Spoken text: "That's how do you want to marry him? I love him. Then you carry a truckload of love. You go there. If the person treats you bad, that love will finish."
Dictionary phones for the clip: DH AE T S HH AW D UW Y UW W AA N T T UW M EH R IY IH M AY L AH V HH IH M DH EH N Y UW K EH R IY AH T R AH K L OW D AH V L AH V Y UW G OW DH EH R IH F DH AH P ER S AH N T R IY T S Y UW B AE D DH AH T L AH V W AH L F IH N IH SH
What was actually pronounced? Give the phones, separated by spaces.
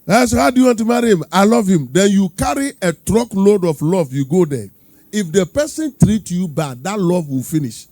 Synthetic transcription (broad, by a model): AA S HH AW D UW Y UW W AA N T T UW M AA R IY M AY L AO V HH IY M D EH N Y UW K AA R IY AH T R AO K L OW D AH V L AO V Y UW G OW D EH IH F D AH P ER S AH N T R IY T Y UW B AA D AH T L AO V W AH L F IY N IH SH